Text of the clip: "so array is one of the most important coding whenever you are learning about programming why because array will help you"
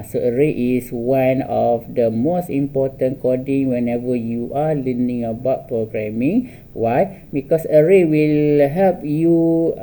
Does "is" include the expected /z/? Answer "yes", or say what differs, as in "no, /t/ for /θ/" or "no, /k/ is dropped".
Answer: no, /s/ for /z/